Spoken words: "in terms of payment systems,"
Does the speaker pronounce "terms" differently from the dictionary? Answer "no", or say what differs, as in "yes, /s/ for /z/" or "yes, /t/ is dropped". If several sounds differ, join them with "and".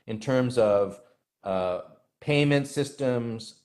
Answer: no